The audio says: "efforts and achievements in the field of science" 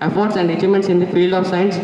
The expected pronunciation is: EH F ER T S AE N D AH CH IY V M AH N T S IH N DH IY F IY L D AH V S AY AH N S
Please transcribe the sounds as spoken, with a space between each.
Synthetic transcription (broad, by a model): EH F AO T S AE N D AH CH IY M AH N T S IH N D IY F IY L AH V S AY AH N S